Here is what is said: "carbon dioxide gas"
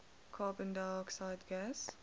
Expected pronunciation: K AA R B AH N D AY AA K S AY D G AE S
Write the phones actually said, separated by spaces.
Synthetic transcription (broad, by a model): K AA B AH N D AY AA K S AY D G AE S